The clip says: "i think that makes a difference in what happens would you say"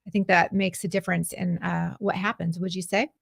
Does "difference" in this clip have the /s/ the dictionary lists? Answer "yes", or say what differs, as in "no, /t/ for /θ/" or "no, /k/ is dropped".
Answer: yes